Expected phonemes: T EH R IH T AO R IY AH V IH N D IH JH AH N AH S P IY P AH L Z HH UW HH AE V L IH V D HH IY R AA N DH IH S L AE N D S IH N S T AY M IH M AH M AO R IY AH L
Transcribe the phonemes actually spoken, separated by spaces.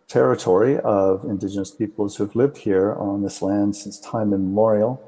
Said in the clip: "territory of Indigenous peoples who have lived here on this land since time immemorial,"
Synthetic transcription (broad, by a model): T EH R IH T AO R IY AH V IH N D IH JH AH N AH S P IY P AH L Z HH UW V L IH V D HH IY R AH N DH IH S L AE N D S IH N S T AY IH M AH M AO R IY L